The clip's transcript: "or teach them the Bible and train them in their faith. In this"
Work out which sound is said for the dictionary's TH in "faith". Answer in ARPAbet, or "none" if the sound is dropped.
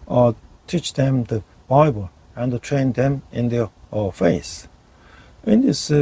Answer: S